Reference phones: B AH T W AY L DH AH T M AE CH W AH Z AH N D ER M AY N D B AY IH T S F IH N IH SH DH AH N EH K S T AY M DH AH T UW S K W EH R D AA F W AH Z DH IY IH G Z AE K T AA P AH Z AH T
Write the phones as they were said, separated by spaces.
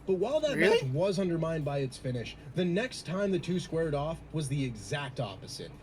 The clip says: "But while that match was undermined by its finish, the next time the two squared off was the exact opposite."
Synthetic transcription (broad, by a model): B AH T W AY L DH AH T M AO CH W AH Z AH N D ER M AY N D B AY IH T S F IH N IH SH DH AH N EH K S T AY M DH AH T UW S K W EH R D AA F W AH Z DH IY IH G Z AE K T AA P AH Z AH T